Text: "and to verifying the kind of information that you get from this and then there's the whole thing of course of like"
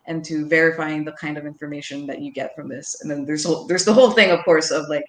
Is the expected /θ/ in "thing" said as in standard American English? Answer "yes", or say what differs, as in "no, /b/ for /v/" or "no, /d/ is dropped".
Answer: yes